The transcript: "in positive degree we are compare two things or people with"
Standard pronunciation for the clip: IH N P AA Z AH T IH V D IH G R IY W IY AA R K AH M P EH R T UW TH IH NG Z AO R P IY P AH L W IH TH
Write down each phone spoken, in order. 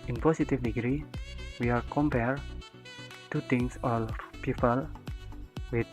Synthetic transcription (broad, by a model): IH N P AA S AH T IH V D IH G R IY W IY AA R K AH M P EH R T UW T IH NG S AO L P IY P AH L W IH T